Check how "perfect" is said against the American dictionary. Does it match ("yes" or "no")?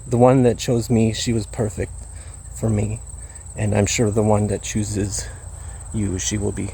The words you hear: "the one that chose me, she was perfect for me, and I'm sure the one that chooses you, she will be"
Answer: yes